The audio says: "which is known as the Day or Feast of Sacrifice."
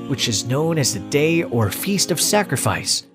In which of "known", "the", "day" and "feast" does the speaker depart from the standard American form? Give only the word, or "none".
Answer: none